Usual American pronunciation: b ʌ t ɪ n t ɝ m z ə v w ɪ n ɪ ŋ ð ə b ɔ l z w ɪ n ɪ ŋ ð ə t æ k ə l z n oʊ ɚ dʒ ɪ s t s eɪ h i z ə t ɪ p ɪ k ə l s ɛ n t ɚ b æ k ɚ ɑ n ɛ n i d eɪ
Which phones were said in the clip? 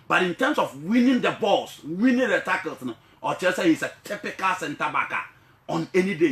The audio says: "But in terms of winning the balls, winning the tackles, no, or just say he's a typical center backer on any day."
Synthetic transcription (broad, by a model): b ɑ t ɪ n t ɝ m s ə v w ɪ n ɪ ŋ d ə b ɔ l s w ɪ n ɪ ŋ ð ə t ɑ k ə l s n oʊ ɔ tʃ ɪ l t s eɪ h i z ə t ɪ p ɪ k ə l s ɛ n t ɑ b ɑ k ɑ ɑ n ɛ n i d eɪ